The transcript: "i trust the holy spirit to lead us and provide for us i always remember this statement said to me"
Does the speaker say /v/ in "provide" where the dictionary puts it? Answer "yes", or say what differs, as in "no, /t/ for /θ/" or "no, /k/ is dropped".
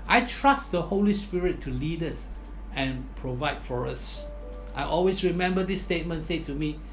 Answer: yes